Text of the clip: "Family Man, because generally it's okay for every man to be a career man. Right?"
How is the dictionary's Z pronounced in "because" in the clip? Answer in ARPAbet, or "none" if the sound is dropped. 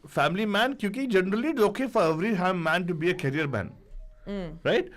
none